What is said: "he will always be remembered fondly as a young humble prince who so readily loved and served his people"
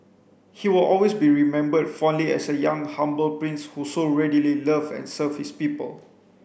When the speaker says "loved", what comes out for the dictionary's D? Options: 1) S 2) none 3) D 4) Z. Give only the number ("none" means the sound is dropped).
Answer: 2